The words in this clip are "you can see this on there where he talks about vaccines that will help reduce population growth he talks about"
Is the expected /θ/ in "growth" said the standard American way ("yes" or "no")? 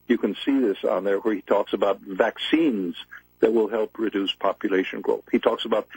yes